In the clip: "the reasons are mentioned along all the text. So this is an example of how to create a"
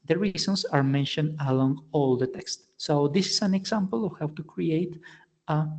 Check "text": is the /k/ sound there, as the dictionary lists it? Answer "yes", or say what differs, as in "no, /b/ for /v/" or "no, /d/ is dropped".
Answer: yes